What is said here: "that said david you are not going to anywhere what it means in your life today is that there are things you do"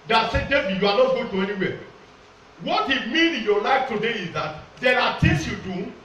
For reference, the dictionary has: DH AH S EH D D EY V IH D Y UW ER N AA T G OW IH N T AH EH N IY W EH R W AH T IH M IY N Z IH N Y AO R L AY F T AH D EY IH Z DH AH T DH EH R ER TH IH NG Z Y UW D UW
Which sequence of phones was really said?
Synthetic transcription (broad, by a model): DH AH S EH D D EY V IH Y UW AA N AA T G OW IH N T AH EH N IY W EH W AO T IH M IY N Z IH N Y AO L AY F T AH D EY IH Z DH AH T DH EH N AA T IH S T Y UW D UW